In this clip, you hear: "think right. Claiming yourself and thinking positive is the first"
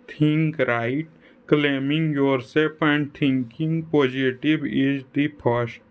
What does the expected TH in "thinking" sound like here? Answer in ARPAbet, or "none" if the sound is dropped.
T